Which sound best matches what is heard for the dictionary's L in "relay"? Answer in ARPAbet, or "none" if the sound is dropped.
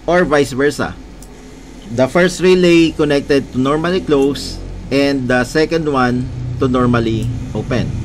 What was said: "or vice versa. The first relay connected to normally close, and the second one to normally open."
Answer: L